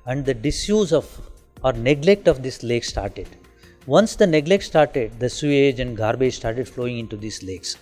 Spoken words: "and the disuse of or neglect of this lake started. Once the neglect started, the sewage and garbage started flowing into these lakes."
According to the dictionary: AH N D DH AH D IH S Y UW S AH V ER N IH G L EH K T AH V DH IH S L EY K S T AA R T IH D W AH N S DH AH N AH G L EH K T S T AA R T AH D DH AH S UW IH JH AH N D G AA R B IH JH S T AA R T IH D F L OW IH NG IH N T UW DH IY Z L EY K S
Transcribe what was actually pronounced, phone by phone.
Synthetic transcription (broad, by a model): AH N D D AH D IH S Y UW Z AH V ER N IH G L EH K T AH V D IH S L EY K S T AA R T IH D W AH N S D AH N AH G L EH K T S T AA R T AH D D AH S UW IH JH AH N D G AA R B IH JH S T AA R T IH D F L OW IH NG IH N T UW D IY S L EY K S